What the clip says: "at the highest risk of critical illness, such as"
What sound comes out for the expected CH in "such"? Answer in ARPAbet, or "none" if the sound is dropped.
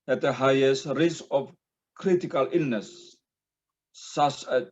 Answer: S